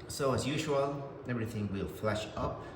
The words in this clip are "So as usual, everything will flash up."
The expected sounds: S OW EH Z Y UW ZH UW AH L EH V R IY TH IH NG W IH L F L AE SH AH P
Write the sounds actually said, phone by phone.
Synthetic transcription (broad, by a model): S OW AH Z Y UW ZH UW AH L EH V R IY TH IH NG W IH L F L AE SH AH P